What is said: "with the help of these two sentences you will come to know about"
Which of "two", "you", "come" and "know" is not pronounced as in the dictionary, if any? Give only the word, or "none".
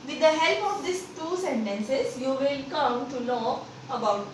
know